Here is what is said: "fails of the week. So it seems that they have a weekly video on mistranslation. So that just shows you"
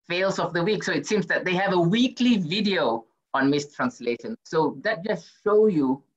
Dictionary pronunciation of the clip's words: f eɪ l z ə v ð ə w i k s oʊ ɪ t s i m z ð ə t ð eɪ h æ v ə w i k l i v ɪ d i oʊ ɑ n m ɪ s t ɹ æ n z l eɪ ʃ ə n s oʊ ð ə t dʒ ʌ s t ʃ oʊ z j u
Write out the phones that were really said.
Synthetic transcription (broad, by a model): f eɪ l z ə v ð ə w i k s oʊ ɪ t s i m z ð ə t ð eɪ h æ v ə w i k l i v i d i oʊ ɑ n m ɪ s t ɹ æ n s l eɪ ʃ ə n s oʊ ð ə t dʒ ʌ s t ʃ oʊ j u